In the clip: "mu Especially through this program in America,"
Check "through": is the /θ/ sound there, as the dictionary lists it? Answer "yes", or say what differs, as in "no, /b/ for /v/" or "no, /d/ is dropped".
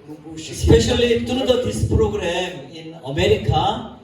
no, /t/ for /θ/